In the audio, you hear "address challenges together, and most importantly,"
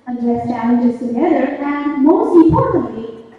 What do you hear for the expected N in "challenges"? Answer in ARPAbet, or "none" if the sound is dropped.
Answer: none